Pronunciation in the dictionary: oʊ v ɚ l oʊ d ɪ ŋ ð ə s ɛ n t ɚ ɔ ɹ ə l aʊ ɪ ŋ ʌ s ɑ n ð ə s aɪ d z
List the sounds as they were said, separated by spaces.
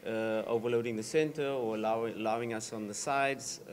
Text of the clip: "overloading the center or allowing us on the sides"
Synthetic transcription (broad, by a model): oʊ v ɚ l oʊ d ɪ ŋ ð ə s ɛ n t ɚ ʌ l ə l aʊ ɪ ŋ ʌ s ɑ n ð ə s aɪ d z